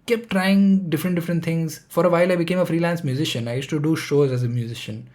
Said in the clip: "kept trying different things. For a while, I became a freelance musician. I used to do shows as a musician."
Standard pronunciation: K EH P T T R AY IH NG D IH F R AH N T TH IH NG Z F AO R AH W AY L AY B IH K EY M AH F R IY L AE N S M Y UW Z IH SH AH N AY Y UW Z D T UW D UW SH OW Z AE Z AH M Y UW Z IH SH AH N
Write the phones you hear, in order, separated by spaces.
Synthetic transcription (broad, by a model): K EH P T T R AY IH NG D IH F R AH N T T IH NG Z F AO R AH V AY L AY B IH K EY M AH F R IY L AE N S M Y UW Z IH SH AH N AY Y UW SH T UW D UW SH OW Z AE Z AH M Y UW Z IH SH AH N